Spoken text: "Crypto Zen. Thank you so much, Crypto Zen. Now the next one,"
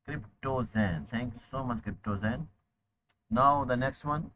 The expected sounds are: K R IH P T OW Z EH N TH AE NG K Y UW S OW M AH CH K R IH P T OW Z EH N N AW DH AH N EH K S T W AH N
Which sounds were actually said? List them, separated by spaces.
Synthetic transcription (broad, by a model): K R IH P T OW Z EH N T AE NG K Y UW S OW M AH CH K R IH P T OW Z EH N N AW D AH N EH K S T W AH N